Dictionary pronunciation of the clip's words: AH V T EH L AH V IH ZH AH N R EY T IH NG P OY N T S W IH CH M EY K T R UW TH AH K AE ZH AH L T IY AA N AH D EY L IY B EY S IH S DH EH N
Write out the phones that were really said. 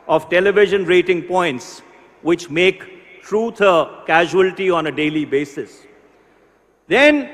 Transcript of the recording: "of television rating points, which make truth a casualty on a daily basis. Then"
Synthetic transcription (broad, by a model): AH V T EH L AH V IH ZH AH N R EY T IH NG P OY N T S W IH CH M EY K T R UW T AH K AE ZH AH L T IY AA N AH D EY L IY B EY S IH S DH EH N